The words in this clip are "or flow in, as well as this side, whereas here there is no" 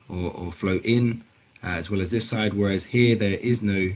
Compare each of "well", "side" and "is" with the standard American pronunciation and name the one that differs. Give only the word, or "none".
none